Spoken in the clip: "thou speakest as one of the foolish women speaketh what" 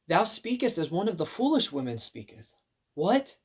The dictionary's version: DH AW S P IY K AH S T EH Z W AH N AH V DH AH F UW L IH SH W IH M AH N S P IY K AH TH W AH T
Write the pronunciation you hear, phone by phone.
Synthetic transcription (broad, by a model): DH AW S P IY K AH S T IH Z W AH N AH V DH AH F UW L IH SH W IH M AH N S P IY K AH TH W AH T